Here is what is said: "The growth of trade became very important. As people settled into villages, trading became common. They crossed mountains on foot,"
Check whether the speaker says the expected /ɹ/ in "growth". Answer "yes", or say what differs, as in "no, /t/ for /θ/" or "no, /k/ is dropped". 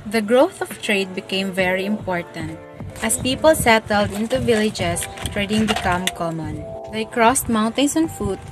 yes